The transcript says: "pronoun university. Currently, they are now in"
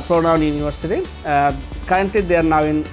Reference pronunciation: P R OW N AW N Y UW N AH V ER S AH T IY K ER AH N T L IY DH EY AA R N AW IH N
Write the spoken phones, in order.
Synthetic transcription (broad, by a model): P R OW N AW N Y UW N AH V ER S AH T IY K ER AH N T IY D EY R N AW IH N